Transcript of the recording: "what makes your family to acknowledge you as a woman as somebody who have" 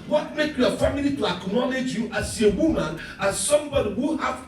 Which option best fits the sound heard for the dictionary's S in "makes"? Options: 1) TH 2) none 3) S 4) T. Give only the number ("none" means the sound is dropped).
2